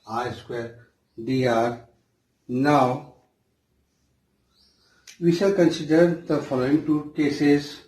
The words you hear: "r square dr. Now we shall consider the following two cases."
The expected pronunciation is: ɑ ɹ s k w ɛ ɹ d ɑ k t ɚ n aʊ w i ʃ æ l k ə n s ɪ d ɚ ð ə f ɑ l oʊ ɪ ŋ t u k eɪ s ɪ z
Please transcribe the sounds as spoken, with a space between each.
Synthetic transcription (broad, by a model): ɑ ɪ s k w ɛ ɹ d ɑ t n aʊ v i ʃ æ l k ə n s ɪ d ɚ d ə f ɑ l oʊ ɪ ŋ t u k eɪ s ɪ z